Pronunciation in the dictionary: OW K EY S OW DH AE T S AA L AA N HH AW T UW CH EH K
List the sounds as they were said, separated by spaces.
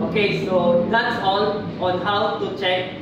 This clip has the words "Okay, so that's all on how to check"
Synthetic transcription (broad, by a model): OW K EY S OW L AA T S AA N AA N HH AW T UW CH EH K